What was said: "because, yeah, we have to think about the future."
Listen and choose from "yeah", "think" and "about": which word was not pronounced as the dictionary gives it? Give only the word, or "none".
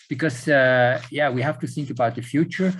none